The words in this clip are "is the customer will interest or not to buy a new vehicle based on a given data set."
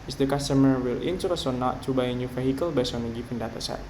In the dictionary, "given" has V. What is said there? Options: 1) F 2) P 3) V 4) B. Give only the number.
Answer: 2